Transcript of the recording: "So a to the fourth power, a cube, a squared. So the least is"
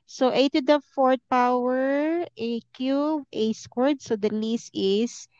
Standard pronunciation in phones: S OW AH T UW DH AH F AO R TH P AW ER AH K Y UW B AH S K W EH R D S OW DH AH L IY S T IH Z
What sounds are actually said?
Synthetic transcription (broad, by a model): S OW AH T UW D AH F AO R T P AW ER AH K Y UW AH S K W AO R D S OW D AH L IY S T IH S